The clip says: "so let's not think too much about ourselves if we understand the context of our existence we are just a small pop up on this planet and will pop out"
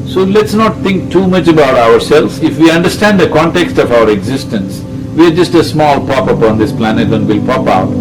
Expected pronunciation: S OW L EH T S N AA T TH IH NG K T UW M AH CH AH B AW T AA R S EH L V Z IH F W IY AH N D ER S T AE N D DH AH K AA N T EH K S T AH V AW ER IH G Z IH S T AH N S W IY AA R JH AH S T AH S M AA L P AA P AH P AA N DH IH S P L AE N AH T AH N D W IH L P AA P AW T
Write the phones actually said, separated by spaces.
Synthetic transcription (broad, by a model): S OW L EH T S N AA T T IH NG K T UW M AH CH AH B AW T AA R S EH L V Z IH F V IY AH N D ER S T AE N D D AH K AA N T EH K S T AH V AW ER IH G Z IH S T AH N S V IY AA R JH AH S T AH S M AA L P AA P AH P AA N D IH S P L AE N AH T AH N D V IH L P AA P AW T